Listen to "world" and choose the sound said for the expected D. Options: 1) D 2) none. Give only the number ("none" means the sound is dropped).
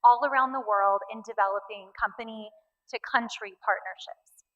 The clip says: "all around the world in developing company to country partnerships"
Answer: 1